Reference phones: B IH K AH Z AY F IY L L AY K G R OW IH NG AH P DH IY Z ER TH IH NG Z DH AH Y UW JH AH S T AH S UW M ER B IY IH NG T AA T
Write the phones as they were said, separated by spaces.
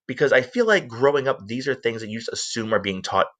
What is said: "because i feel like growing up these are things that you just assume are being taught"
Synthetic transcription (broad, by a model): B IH K AH Z AY F IY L L AY K G R OW IH NG AH P DH IY Z ER TH IH NG Z DH AH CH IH JH AH S T AH S UW M ER B IY IH NG T AA T